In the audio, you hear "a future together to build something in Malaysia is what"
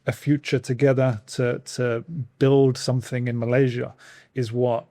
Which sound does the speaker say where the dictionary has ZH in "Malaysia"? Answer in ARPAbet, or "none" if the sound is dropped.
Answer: ZH